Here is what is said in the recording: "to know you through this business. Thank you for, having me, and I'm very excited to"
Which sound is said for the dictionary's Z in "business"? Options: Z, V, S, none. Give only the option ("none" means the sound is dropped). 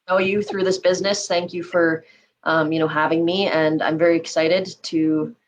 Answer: Z